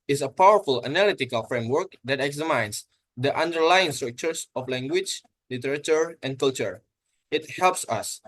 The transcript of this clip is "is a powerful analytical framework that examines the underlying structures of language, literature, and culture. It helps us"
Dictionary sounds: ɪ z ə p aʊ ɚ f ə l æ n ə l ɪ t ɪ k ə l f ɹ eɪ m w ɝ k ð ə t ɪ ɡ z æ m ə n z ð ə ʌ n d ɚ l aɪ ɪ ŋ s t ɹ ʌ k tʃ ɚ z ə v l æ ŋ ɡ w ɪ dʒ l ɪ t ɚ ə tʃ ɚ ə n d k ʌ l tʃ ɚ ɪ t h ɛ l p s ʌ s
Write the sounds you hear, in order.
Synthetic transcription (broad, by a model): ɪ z ə p aʊ ɚ f ə l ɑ n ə l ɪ t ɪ k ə l f ɹ eɪ m w ɝ k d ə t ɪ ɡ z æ m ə n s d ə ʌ n d ɚ l aɪ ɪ ŋ s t ɹ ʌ k tʃ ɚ s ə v l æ ŋ ɡ w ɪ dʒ l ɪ t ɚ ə tʃ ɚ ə n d k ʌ l tʃ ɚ ɪ t h ɛ l p s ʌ s